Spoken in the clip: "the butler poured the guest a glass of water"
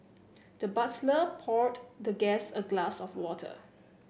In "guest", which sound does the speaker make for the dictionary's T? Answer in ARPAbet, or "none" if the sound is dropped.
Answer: none